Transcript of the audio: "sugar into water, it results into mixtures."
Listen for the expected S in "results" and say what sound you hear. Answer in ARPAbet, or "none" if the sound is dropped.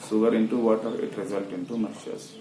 none